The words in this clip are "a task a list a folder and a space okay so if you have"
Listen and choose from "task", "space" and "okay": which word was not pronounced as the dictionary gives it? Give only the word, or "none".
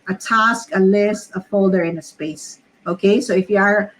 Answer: none